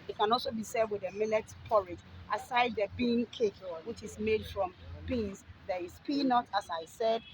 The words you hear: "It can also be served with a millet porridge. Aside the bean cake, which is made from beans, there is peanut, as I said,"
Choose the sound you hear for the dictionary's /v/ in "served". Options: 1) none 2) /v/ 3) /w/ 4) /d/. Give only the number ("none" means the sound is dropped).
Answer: 1